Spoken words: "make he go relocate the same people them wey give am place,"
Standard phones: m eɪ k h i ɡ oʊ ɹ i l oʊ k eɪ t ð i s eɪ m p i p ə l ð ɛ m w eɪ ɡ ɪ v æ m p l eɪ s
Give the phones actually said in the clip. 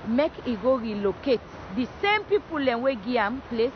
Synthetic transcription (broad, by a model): m eɪ k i ɡ oʊ ɹ i l oʊ k eɪ t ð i s eɪ m p i p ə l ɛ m w eɪ ɡ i ɑ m p l eɪ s